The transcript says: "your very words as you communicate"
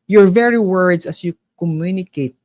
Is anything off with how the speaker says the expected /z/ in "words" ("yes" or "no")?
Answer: yes